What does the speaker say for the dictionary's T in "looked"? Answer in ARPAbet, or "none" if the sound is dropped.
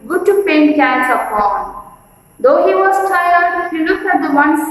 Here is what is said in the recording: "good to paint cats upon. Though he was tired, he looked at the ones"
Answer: none